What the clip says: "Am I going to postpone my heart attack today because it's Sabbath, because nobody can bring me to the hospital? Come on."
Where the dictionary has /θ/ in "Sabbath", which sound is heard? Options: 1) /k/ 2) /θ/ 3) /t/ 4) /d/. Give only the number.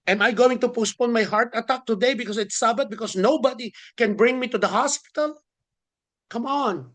3